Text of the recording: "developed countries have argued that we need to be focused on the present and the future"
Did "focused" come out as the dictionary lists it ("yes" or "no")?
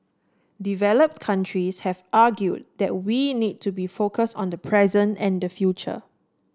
yes